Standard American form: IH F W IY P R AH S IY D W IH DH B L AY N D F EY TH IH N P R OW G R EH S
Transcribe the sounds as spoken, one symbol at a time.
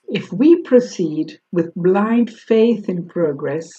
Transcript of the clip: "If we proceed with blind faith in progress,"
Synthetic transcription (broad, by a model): IH F W IY P R AH S IY D W IH DH B L AY N D F EY TH IH N P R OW G R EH S